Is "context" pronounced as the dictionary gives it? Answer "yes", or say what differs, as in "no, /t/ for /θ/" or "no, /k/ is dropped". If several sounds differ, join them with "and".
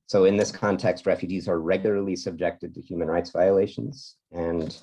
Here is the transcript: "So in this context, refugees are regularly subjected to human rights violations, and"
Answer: yes